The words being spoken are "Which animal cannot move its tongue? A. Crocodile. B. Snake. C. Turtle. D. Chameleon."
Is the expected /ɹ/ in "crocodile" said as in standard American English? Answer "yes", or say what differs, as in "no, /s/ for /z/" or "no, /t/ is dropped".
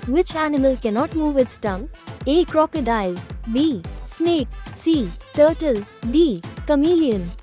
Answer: yes